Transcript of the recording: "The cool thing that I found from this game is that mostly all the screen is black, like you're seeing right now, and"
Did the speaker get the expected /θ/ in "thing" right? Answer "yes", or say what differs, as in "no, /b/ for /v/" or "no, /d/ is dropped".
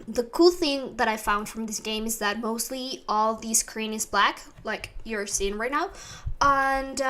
yes